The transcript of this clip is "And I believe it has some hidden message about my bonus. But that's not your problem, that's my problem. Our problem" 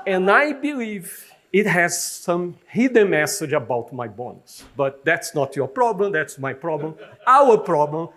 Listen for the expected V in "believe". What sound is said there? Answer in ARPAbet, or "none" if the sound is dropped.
V